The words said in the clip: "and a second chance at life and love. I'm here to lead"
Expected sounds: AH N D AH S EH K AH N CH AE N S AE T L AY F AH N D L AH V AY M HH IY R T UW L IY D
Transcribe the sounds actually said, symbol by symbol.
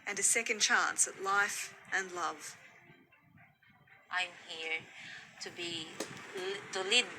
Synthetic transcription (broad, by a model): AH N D AH S EH K AH N CH AE N S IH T L AY F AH N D L AH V AY M HH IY R T UW L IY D